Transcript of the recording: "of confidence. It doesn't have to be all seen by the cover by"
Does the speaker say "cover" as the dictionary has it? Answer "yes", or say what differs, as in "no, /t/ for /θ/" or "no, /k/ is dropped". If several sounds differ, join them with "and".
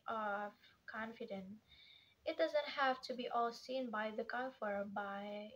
no, /f/ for /v/